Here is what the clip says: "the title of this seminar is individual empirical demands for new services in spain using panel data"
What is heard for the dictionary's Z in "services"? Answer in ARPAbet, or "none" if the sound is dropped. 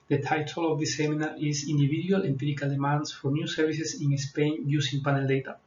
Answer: S